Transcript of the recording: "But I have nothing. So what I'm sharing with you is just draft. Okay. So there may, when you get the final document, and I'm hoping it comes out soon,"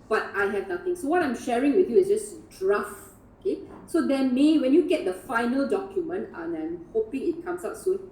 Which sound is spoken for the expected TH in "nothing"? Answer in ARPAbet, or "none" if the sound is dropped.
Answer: T